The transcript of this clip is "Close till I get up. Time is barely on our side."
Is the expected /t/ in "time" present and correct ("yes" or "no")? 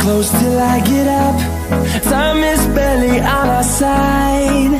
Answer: no